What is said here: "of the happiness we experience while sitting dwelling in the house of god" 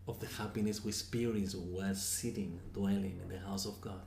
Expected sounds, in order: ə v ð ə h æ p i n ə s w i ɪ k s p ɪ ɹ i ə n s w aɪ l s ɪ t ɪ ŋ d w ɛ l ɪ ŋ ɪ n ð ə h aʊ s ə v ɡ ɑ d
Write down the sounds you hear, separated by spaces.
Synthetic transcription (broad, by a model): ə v ð ə h æ p i n ə s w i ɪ s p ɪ ɹ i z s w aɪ s ɪ t ɪ ŋ d w ɛ l ɪ ŋ ɪ n ð ə h aʊ s ə v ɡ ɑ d